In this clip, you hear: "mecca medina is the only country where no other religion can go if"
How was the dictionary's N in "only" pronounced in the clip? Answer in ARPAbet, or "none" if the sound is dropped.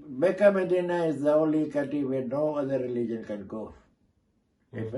none